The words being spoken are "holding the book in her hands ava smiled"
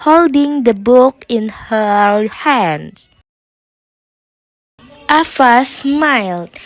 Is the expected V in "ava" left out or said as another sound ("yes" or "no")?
yes